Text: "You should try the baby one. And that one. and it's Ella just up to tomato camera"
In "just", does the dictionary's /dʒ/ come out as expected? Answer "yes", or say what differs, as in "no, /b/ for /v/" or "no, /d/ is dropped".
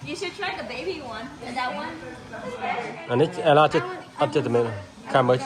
no, /tʃ/ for /dʒ/